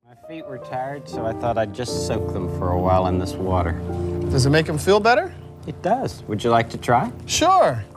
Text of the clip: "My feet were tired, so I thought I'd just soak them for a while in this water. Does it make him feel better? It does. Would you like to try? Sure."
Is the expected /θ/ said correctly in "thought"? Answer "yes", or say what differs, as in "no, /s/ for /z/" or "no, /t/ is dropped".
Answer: yes